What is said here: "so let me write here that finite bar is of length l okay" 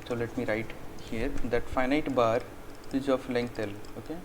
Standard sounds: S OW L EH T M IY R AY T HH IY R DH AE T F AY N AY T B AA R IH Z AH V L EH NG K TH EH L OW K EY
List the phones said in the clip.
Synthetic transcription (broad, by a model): S OW L EH T M IY R AY T HH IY R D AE T F AY N AY T B AA R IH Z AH F L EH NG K T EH L OW K EY